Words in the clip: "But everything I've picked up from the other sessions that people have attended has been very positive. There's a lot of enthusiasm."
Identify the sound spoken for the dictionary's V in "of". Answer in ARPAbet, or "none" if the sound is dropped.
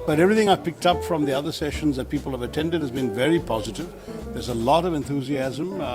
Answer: V